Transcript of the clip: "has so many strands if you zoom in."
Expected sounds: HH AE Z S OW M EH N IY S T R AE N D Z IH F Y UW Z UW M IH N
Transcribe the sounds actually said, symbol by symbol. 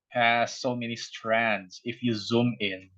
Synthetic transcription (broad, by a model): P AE S OW M EH N IY S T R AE N D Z IH F Y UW Z UW M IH N